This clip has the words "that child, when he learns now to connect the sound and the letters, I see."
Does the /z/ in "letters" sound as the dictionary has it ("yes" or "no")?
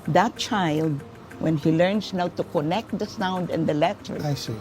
no